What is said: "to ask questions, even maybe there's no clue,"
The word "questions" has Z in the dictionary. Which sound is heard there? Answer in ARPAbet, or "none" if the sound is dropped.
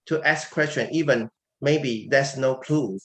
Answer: none